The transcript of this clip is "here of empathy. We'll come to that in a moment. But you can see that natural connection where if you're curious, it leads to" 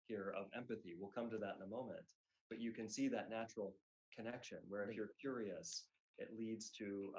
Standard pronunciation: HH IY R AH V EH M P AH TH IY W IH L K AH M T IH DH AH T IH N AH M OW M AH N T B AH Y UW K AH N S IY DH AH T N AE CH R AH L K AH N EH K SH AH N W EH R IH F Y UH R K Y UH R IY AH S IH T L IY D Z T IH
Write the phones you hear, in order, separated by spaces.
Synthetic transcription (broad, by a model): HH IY R AH V EH M P AH TH IY W IH L K AH M T IH DH AH T IH N AH M OW M AH N T B AH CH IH K AH N S IY DH AH T N AE CH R L K AH N EH K SH AH N W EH R IH F Y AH R K Y UH R IY AH S IH T L IY D Z T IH